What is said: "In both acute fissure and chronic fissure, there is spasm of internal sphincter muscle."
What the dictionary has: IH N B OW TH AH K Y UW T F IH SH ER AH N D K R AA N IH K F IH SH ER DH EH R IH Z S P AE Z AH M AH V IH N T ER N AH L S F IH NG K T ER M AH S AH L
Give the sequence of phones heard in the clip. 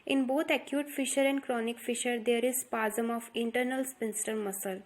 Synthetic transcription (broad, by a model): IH N B OW T AH K Y UW T F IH SH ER AH N D K R AA N IH K F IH SH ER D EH R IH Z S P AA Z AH M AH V IH N T ER N AH L S P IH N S T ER M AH S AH L